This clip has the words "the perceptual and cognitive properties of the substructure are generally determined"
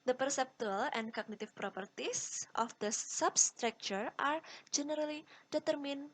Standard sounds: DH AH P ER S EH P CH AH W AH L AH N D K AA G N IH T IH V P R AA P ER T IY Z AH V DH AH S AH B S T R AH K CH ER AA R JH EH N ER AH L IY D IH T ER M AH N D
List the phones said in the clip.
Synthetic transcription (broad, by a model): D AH P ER S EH P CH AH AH L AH N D K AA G N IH T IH F P R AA P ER T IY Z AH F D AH S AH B S T R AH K CH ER AA R JH EH N ER AH L IY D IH T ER M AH N